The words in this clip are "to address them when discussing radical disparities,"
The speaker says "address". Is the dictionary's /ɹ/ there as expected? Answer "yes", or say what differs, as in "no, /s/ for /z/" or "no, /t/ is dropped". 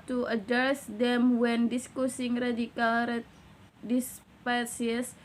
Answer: no, /ɹ/ is dropped